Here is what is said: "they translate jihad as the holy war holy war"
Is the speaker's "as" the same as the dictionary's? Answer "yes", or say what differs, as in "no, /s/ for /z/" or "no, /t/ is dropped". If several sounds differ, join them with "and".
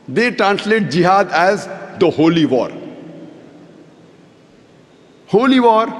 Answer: yes